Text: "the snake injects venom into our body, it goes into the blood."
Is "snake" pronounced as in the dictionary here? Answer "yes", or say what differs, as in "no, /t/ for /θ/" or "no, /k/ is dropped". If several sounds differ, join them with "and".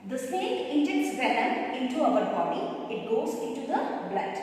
no, /n/ is dropped